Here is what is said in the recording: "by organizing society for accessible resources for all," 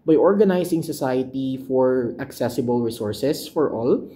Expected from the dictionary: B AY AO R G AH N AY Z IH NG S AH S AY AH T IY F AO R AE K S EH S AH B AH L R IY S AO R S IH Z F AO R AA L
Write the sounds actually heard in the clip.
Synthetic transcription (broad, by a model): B AY AO R G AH N AY S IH NG S AH S AY AH T IY F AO R AE K S EH S AH B AH L R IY S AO R S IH S F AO R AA L